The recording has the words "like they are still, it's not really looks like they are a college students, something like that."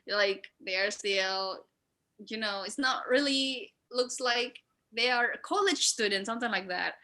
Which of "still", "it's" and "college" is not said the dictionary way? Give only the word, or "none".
still